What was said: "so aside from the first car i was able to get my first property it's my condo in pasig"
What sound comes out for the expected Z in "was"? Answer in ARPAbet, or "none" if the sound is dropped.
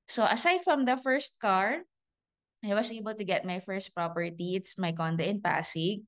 S